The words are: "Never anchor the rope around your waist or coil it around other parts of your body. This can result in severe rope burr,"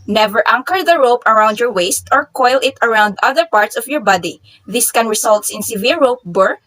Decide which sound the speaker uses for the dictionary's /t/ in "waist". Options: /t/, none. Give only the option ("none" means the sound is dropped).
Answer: /t/